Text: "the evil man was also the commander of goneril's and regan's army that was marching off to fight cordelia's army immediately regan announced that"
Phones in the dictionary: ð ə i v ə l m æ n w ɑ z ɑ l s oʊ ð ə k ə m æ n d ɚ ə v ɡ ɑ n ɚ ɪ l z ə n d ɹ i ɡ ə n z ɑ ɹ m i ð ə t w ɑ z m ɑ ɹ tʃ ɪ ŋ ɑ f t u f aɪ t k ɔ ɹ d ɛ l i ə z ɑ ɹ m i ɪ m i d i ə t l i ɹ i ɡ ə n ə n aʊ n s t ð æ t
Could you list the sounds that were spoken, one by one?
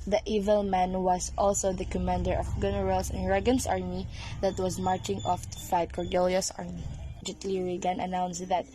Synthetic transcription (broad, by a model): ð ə i v ə l m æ n w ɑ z ɑ l s oʊ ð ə k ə m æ n d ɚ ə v ɡ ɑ n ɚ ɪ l s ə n ɹ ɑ ɡ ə n s ɑ ɹ m i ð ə t w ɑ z m ɑ ɹ tʃ ɪ ŋ ɑ f t u f aɪ t k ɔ ɹ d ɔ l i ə s ɑ ɹ m i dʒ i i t l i ɹ i ɡ ə n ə n aʊ n s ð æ t